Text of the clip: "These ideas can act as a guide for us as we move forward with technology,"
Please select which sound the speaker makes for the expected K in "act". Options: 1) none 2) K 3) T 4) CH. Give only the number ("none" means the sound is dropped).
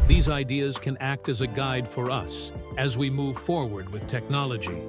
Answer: 2